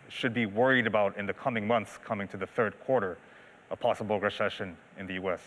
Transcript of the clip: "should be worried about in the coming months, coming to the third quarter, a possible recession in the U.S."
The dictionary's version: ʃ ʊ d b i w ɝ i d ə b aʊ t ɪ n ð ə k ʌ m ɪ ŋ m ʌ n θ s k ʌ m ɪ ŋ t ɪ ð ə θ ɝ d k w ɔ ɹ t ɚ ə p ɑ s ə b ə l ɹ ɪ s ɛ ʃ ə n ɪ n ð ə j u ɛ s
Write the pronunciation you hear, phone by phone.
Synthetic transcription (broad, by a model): ʃ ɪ d b i w ɝ i d ə b aʊ t ɪ n ð ə k ʌ m ɪ ŋ m ʌ n θ s k ʌ m ɪ ŋ t ɪ ð ə θ ɝ d k w ɔ ɹ t ɚ ə p ɑ s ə b l ɹ ɪ s ɛ ʃ ə n ɪ n ð ə j u ɛ s